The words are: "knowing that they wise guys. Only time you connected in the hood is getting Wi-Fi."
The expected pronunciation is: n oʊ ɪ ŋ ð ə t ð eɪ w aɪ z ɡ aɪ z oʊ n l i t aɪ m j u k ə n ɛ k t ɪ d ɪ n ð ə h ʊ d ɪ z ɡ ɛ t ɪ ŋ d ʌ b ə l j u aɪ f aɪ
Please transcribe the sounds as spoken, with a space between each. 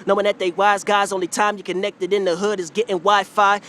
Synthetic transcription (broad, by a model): n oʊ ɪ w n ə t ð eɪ w aɪ z ɡ aɪ z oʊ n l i t aɪ m j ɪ k ə n ɛ k t ɪ d ɪ n ð ə h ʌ d ɪ z ɡ ɛ t ɪ ŋ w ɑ ə f aɪ